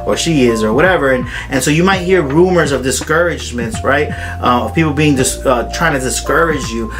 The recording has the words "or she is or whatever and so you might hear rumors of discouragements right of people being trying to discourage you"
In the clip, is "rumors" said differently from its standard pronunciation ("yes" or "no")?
no